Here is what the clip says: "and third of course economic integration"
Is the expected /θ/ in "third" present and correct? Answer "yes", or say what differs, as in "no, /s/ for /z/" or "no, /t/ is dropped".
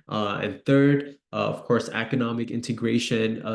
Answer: yes